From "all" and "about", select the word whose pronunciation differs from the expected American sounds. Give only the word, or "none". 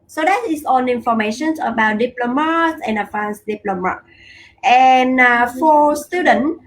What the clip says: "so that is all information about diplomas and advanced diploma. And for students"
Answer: all